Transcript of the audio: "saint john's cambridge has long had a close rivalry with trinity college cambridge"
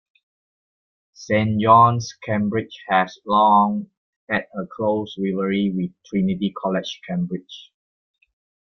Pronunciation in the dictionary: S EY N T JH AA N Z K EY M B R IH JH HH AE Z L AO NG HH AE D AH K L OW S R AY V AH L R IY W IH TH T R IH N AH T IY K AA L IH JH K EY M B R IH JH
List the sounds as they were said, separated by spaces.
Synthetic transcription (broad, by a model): S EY N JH AA N S K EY M B R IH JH HH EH S L AO NG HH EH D AH K L OW S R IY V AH R IY W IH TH T R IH N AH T IY K AA L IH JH K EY M B R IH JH